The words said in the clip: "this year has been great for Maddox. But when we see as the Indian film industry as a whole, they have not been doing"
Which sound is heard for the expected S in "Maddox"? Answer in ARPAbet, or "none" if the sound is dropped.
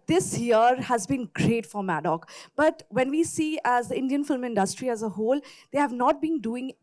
none